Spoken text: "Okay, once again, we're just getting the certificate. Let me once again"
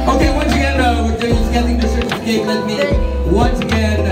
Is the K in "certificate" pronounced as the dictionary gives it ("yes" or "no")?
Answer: no